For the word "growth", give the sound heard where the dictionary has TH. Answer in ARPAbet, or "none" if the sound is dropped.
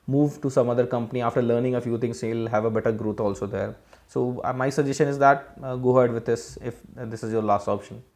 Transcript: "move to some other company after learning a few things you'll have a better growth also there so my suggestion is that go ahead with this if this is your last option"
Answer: T